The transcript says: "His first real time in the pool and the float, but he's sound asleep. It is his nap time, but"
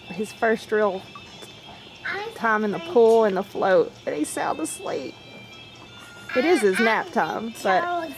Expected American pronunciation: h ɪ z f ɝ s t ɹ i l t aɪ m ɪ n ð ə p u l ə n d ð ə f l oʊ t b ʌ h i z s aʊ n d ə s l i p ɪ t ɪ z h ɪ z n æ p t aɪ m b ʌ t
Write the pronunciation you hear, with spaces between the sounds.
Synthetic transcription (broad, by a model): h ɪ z f ɝ s t ɹ i l t aɪ m ɪ n ð ə p u l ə n ð ə f l oʊ t b ʌ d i s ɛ l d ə s l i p ɪ t ɪ z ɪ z n æ p t aɪ m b ʌ t